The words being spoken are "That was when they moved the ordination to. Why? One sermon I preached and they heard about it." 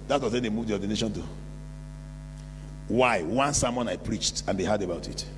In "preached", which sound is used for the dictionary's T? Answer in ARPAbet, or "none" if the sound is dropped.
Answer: T